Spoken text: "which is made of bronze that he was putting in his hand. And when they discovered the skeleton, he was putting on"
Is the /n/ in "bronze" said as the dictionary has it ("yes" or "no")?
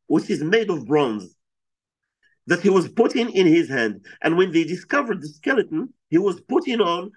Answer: yes